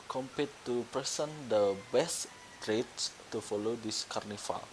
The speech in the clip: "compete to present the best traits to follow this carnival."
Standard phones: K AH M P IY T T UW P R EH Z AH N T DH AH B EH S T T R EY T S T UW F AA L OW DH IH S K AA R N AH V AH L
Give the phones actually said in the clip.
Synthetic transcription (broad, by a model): K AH M P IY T T UW P R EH S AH N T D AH B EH S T T R EY T S T UW F AA L OW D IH S K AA R N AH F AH L